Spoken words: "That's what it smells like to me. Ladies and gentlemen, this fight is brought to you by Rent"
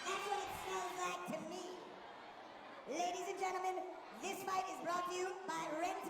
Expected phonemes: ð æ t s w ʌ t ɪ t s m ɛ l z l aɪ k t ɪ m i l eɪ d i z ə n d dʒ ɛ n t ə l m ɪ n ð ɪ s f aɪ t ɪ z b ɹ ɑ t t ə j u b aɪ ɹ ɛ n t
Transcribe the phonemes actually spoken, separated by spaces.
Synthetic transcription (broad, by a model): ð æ t s w ʌ t ɪ t s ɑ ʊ n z l aɪ k t ɪ m i l eɪ d i z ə n dʒ ɛ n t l m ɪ n ð ɪ s f aɪ t ɪ z b ɹ ɑ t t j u b aɪ ɹ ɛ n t